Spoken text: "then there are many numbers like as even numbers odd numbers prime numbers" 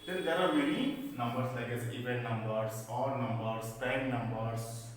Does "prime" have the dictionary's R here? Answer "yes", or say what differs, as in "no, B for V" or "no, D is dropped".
no, R is dropped